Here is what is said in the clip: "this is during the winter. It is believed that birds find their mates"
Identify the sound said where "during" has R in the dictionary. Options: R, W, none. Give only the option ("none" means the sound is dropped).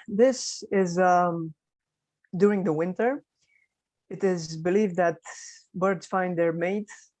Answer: R